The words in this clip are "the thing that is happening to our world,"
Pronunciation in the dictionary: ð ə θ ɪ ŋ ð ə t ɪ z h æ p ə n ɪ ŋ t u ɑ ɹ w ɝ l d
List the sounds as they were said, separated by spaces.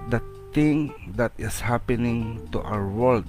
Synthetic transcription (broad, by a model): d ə t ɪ ŋ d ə t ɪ s h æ p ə n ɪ ŋ t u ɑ w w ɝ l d